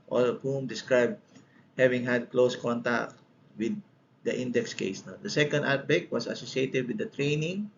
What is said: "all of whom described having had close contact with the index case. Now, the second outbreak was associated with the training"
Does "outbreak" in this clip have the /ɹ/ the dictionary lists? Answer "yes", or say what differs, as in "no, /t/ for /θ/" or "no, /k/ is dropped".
no, /ɹ/ is dropped